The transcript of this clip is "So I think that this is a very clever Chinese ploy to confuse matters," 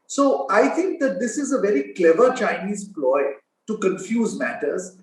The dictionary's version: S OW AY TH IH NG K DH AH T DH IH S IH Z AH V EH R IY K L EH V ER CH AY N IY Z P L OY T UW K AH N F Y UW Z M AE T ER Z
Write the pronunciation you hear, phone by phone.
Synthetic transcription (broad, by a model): S OW AY T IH NG K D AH T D IH S IH Z AH V EH R IY K L EH V ER CH AY N IY Z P L OY T UW K AH N F Y UW Z M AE T ER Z